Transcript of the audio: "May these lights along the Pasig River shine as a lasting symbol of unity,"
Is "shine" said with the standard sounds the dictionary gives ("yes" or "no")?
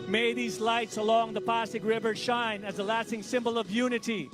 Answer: yes